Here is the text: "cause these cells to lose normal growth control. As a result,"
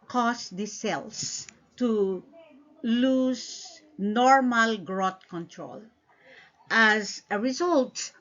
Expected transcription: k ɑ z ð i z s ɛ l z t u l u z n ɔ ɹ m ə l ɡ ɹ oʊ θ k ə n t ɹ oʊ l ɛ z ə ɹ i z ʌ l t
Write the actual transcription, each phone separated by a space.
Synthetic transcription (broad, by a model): k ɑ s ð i s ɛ l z t u l u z n ɔ ɹ m ə l ɡ ɹ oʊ t k ə n t ɹ oʊ l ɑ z ə ɹ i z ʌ l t